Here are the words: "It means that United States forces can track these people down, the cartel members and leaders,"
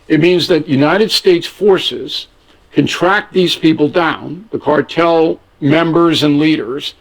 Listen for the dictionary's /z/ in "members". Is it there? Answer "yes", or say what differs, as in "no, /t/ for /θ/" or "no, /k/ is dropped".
yes